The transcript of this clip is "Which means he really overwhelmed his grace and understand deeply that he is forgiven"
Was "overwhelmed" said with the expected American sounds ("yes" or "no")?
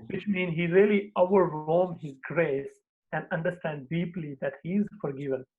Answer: no